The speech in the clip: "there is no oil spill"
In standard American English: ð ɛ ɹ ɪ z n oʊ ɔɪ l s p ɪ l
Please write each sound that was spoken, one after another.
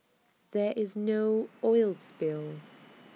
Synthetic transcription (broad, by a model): ð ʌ ɹ ɪ z n oʊ ɔɪ l s p ɪ l